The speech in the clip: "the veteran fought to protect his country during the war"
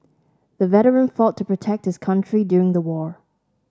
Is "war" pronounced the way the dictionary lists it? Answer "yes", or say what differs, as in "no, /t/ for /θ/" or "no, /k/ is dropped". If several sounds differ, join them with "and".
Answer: yes